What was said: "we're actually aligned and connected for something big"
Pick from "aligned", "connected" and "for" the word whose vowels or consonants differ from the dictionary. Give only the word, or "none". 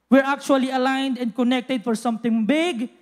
none